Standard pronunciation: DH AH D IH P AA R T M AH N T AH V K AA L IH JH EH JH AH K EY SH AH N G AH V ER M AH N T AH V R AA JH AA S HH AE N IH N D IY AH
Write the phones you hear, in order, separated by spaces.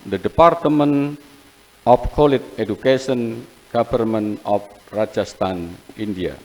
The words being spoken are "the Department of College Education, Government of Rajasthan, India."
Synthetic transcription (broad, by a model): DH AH D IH P AA R T M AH N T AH F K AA L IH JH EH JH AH K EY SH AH N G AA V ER M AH N AH F R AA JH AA S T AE N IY N D IY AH